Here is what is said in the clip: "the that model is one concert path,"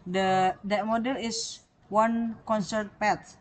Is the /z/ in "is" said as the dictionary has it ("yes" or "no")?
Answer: no